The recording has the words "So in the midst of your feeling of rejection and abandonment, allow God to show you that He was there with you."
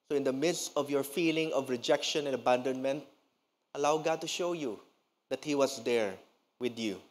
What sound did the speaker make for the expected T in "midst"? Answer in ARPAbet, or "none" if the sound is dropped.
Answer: T